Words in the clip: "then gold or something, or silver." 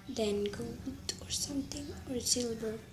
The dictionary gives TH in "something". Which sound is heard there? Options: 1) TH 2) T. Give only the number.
2